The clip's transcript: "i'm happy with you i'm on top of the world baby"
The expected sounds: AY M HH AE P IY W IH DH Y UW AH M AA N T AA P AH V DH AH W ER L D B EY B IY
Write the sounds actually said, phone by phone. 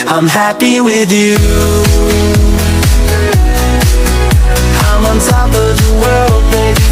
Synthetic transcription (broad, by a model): AY M HH AE P IY W IH DH Y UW AH M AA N S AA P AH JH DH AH W ER L D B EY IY